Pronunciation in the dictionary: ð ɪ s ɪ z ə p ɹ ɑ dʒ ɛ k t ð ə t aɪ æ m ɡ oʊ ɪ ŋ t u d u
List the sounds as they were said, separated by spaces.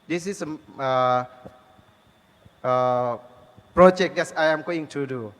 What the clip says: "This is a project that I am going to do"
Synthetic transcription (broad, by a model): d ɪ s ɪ s ə p ɹ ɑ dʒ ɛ k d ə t aɪ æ m ɡ oʊ ɪ ŋ t u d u